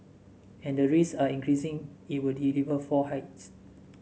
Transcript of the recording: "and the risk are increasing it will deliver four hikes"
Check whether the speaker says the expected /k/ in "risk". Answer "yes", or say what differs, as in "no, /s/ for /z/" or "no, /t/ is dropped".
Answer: no, /k/ is dropped